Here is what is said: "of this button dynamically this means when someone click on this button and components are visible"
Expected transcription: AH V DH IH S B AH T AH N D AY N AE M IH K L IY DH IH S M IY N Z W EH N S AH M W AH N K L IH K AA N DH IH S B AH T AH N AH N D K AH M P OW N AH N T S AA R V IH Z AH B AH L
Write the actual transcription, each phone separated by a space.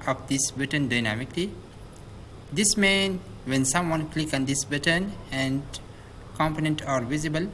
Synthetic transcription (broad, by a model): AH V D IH S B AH T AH N D AY N AE M IH K L IY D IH S M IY N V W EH N S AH M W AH N K L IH K AA N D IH S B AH T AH N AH N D K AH M P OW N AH N T AA R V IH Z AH B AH L